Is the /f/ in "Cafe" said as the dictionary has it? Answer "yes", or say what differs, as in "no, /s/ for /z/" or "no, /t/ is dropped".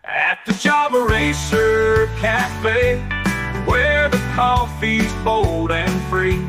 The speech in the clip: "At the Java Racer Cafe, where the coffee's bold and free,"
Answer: no, /p/ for /f/